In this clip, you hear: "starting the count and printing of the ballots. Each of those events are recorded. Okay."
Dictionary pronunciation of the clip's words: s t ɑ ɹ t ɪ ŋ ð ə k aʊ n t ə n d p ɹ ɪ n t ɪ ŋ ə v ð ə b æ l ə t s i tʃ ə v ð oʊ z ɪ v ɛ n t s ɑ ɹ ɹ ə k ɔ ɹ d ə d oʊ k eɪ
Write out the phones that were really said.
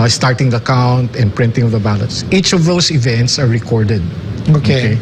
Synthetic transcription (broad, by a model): s t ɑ ɹ t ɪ ŋ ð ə k aʊ n t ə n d p ɹ ɪ n t ɪ ŋ ə v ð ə b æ l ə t s i tʃ ə v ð oʊ s ɪ v ɛ n t s ɑ ɹ ɹ ə k ɔ ɹ d ə d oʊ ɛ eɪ